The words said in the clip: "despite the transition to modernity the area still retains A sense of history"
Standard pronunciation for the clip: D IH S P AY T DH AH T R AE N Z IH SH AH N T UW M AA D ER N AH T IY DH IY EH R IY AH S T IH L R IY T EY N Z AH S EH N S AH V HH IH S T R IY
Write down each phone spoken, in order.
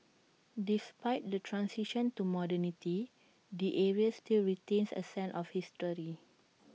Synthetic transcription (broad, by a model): D IH S P AY T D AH T R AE N S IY SH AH N T UW M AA D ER N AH T IY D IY EH R IY AH S T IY L R IY T EY N S AH S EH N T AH F HH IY S T R IY